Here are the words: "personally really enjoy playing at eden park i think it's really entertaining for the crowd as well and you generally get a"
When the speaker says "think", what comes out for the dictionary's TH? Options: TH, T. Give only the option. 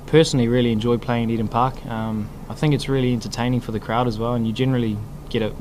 TH